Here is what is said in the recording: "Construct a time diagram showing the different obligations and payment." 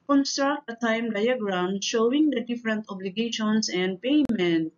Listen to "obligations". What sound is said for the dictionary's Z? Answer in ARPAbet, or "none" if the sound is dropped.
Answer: S